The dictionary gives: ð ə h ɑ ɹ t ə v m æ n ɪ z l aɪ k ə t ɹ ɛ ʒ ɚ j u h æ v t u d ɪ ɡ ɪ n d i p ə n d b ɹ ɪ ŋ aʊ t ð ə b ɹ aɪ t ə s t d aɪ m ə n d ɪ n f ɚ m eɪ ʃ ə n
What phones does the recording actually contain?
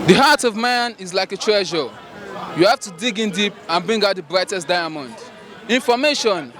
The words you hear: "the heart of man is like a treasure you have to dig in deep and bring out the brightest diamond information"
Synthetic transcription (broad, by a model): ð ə h ɑ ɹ t ə v m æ n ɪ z l aɪ k ə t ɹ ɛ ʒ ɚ j u h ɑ f t u d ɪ ɡ ɪ n d i p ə n b ɹ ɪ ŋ aʊ t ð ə b ɹ aɪ t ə s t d aɪ m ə n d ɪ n f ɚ m eɪ ʃ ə n